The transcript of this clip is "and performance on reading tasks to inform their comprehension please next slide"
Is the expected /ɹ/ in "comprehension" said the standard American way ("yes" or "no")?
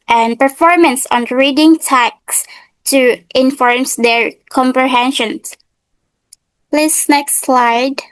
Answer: yes